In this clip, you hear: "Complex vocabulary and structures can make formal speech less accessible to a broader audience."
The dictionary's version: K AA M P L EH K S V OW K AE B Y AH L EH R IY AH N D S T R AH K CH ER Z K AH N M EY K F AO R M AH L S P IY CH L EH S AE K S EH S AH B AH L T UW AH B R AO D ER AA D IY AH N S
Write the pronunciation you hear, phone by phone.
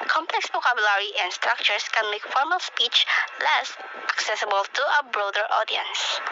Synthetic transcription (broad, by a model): K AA M P L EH K S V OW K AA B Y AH L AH R IY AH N S T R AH K CH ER S K AH N M EY K F AO R M AH L S P IY CH L EH S AE K S EH S AH B AH L T UW AH B R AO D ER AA D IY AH N S